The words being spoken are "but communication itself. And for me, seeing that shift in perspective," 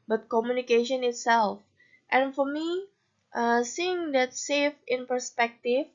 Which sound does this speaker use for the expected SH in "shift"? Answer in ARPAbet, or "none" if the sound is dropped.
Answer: S